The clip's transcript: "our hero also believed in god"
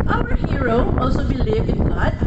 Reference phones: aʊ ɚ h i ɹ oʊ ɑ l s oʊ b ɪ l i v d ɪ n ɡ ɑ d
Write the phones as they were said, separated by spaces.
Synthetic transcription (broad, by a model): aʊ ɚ h i ɹ oʊ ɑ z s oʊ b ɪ l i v ɪ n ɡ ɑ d